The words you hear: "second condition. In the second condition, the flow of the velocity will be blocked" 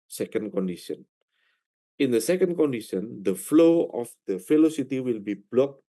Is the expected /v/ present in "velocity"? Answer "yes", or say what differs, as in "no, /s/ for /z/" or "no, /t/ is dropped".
no, /f/ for /v/